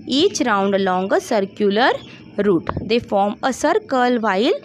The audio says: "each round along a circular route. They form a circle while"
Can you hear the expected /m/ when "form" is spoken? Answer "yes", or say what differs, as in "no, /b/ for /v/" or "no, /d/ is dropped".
yes